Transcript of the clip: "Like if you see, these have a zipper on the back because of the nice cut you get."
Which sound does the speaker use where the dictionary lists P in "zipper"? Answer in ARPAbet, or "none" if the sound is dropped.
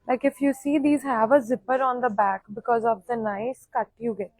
P